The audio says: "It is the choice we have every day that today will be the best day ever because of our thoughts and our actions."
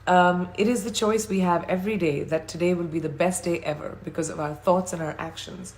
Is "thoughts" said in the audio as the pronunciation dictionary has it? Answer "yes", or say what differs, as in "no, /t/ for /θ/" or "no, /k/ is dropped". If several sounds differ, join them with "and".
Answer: yes